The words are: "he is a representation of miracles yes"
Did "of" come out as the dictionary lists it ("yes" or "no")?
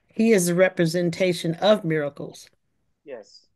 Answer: yes